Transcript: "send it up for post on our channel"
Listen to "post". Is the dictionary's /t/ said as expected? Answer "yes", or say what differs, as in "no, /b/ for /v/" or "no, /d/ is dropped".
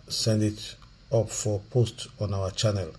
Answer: yes